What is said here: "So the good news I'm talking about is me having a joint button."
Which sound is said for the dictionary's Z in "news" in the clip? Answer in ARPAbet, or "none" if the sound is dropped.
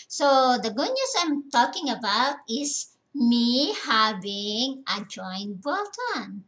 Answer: S